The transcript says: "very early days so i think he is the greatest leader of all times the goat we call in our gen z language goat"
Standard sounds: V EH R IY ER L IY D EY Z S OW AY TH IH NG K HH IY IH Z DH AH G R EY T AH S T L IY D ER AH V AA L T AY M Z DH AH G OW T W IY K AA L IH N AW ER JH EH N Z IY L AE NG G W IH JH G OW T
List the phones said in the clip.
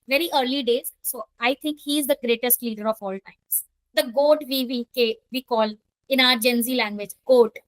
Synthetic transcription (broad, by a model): V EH R IY ER L IY D EY Z S OW AY T IH NG K HH IY IH Z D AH G R EY T AH S T L IY D ER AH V AA L T AY M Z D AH G OW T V IY K AA L IH N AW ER JH EH N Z IY L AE NG G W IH JH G OW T